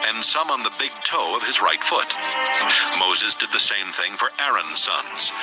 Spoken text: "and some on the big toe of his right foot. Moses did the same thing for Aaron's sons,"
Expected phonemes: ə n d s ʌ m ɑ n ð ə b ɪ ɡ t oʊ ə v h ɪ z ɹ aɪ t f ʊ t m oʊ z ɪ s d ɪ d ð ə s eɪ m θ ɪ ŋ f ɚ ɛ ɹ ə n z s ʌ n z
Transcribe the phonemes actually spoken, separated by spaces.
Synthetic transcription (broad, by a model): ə n s ʌ m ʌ n ð ə b ɪ ɡ t oʊ ə v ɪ z ɹ aɪ t f ʊ t m oʊ z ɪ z d ɪ d ð ə s eɪ m θ ɪ ŋ f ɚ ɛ ɹ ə n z s ʌ n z